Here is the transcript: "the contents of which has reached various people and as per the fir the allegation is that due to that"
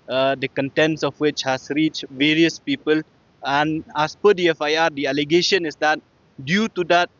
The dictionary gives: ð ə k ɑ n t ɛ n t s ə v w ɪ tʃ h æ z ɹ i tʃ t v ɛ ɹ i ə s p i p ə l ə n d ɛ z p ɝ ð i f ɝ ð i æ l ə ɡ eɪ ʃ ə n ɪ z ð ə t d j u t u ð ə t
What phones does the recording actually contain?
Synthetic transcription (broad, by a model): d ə k ɑ n t ɛ n t s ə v w ɪ tʃ h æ s ɹ i tʃ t v ɛ ɹ i ə s p i p ə l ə n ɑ s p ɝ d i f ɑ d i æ l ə ɡ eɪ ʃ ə n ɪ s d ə t d j u t u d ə t